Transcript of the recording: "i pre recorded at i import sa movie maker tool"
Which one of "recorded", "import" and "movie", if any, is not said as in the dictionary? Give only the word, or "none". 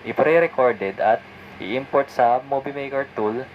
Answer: movie